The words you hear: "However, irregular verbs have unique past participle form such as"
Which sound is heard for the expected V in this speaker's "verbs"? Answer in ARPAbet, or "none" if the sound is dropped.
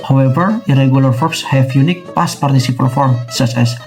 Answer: F